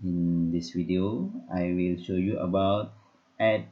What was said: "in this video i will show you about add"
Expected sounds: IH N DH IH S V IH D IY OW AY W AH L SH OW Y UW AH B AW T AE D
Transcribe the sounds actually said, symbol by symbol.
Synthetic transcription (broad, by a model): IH N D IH S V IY D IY OW AY W AH L SH OW Y UW AH B AW T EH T